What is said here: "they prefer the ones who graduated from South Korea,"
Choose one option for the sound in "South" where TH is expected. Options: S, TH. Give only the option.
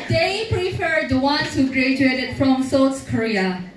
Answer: S